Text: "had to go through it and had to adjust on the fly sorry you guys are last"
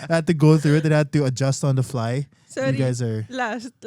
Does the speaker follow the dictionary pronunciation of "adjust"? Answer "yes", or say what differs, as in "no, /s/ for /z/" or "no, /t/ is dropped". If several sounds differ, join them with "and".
yes